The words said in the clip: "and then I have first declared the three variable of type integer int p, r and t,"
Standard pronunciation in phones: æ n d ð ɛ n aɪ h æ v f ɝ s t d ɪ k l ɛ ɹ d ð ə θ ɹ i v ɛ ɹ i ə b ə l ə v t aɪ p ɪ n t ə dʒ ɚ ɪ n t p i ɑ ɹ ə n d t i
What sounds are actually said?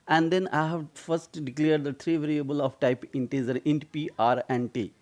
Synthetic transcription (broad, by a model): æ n d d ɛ n aɪ h æ v f ɝ s t d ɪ k l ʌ ɹ d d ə t ɹ i v ɛ ɹ i ə b ə l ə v t aɪ p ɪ n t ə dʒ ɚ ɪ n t p i ɑ ɹ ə n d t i